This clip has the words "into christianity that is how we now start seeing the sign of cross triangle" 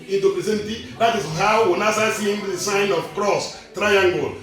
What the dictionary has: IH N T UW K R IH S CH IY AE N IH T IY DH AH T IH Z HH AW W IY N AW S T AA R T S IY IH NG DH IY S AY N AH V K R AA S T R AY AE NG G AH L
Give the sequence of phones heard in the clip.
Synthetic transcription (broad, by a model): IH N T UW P R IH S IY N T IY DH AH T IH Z HH AW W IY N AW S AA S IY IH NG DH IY S AY N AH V K R AA S T R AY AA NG G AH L